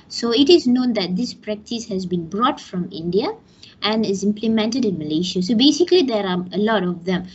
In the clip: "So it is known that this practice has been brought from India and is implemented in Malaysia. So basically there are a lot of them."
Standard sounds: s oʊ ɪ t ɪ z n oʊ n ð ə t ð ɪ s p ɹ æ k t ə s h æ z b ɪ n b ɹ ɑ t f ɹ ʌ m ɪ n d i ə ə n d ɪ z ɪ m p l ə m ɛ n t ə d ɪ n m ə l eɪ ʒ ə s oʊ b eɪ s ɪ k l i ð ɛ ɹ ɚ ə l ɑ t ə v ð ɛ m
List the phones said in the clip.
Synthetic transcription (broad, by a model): s oʊ ɪ t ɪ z n oʊ n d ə t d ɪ s p ɹ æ k t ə s h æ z b ɪ n b ɹ ɑ t f ɹ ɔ m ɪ n d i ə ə n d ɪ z ɪ m p l ə m ɛ n t ə d ɪ n m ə l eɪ ʃ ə s oʊ b eɪ s ɪ k l i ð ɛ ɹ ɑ ə l ɑ t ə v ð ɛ m